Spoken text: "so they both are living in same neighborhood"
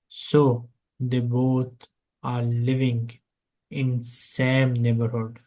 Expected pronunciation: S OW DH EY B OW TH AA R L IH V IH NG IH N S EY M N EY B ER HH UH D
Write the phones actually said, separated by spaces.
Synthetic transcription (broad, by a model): S OW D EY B OW T AA R L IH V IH NG IH N S EY M N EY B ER HH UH D